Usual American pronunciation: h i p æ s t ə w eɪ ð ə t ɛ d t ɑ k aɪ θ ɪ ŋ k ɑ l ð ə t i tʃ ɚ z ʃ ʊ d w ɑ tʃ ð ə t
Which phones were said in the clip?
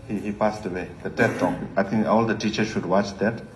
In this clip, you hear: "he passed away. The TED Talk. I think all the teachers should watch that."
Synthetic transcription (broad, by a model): h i p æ s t ə w eɪ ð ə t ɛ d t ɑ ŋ aɪ t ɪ ŋ k ɑ l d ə t i tʃ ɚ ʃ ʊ d w ɑ tʃ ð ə t